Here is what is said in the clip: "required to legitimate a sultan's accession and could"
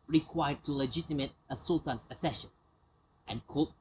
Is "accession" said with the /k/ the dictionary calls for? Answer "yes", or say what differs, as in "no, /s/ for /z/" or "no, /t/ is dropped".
no, /k/ is dropped